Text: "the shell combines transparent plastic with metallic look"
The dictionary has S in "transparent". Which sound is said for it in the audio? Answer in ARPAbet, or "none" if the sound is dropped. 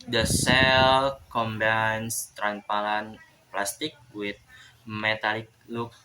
none